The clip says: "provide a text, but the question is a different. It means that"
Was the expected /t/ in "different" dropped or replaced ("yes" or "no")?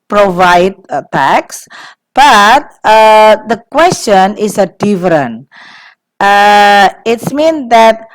yes